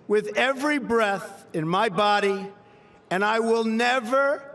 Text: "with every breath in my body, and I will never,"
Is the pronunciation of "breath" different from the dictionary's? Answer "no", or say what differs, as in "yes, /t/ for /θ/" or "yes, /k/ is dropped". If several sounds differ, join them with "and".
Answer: no